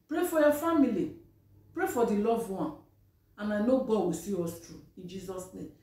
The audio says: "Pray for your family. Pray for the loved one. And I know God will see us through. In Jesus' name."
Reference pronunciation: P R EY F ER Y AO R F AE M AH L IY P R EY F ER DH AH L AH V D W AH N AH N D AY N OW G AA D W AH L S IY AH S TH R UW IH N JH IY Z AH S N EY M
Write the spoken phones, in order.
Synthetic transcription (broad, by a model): P R EY F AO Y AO F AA M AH L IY P R EY F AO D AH L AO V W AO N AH N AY N OW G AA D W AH S IY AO S T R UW IH N JH IY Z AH S N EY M